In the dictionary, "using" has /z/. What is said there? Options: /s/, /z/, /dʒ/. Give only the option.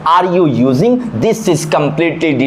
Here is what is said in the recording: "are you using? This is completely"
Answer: /z/